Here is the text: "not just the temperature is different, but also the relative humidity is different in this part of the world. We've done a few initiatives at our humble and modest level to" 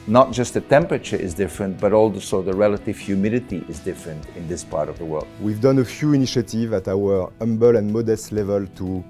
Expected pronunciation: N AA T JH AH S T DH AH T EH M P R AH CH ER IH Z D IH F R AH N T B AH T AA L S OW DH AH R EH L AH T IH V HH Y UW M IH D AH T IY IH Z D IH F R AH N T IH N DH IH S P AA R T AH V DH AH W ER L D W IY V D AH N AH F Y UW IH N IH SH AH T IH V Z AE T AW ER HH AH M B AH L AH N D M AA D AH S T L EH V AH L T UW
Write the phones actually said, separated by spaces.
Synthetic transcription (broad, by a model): N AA T JH AH S T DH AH T EH M P R AH CH ER IH Z D IH F R AH N T B AH T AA L S OW DH AH R EH L AH T IH V HH Y UW M IH D AH T IY IH Z D IH F R AH N T IH N DH IH S P AA R T AH V DH AH W ER L D W IY V D AH N AH F Y UW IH N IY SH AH T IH V AE T AW ER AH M B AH L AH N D M AA D AH S T L EH V AH L T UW